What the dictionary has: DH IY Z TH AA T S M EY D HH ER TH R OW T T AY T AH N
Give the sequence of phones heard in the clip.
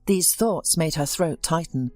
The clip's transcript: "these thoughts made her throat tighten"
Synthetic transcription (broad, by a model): DH IY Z TH AA T S M EY D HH ER TH R OW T T AY T N